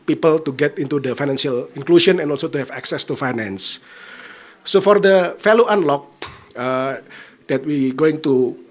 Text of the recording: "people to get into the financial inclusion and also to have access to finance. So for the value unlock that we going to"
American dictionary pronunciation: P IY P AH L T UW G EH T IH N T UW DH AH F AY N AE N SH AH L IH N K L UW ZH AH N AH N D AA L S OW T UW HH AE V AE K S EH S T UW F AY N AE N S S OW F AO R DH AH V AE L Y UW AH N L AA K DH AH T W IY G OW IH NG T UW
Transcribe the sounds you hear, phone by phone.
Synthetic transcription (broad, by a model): P IY P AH L T UW G EH T IH N T UW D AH F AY N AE N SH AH L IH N K L UW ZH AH N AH N AA L S OW T UW HH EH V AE K S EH S T UW F AY N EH N S S OW F AO R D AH F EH L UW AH N L AA K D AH T W IY G OW IH NG T UW